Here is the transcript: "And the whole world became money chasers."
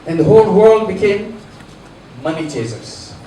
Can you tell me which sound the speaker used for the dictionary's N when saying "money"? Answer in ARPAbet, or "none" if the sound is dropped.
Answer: N